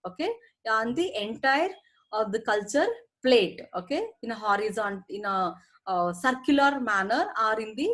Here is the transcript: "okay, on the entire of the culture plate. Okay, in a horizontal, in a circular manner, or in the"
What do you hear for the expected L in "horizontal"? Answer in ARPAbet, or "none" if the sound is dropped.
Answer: N